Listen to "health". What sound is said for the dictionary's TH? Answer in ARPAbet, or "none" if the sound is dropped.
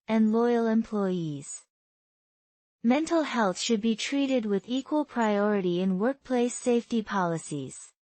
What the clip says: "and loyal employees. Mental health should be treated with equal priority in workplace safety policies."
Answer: TH